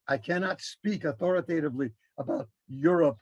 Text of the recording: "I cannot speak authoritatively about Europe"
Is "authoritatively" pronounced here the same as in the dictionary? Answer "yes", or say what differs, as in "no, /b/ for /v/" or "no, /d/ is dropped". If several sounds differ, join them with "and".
yes